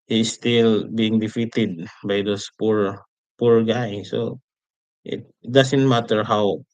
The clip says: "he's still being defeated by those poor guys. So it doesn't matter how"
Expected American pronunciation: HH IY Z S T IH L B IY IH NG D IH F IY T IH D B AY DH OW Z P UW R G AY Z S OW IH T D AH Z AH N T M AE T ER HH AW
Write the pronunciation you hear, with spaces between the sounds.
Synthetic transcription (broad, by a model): HH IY S T IH L B IY IH NG D IH F IY T IH D B AY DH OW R P UW R G AY S OW IH T D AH S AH N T M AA T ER HH AW